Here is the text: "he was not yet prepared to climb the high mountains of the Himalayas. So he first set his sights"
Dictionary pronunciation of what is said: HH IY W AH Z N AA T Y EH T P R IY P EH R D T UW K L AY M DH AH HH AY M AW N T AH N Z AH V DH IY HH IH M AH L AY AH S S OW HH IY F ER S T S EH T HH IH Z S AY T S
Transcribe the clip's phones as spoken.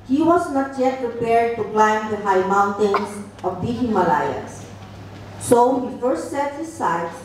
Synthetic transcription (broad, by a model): HH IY W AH S N AA T Y EH T P R IY P EH R D T UW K L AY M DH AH HH AY M AW N T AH N S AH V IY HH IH M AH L AY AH S S OW HH IY F ER S T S EH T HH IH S AY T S